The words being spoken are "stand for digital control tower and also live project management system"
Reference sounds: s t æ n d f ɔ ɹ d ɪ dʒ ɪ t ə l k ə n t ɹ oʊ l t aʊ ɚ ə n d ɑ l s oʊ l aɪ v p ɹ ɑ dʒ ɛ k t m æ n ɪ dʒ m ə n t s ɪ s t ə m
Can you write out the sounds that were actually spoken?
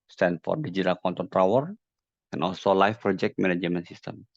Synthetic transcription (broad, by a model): s t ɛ n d f ɔ ɹ d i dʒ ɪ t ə l k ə n t oʊ n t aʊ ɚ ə n ɑ l s oʊ l aɪ f p ɹ ɑ dʒ ɛ k t m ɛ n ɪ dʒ m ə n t s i s t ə m